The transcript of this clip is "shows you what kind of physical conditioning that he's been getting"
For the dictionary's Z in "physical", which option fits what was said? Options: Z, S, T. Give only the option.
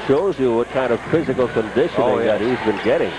Z